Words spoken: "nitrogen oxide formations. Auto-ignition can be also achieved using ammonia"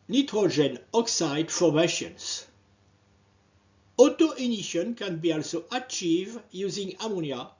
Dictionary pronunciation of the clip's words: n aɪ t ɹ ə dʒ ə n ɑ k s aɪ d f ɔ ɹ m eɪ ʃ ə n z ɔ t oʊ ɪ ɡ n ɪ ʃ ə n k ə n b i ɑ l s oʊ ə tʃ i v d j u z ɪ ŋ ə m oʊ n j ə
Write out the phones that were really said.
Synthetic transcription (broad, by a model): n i t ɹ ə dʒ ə n ɑ k s aɪ d f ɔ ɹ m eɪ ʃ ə n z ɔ t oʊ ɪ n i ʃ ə n k ə n b i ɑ l s oʊ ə tʃ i v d j u z ɪ ŋ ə m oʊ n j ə